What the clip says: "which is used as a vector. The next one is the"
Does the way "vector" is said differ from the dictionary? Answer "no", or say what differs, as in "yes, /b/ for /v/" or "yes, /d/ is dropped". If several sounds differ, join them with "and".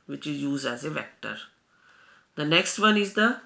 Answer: no